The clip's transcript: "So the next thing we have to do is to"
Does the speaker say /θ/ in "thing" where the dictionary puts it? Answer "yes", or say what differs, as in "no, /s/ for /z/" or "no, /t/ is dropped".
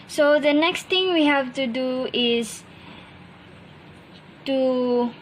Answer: no, /t/ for /θ/